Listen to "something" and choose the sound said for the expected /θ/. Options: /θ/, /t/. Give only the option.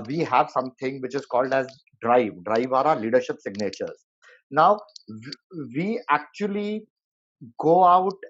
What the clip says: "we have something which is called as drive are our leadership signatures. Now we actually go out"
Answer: /t/